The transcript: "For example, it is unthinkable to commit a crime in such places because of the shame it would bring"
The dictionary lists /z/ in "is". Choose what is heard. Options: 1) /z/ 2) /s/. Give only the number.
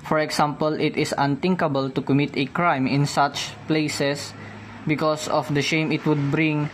2